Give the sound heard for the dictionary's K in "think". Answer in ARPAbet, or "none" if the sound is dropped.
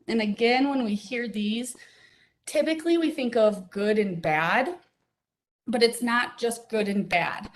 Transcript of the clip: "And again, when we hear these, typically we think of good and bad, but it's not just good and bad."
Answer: K